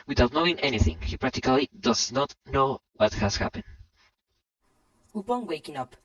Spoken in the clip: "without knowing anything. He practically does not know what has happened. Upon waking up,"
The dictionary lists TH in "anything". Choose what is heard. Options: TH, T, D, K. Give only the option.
TH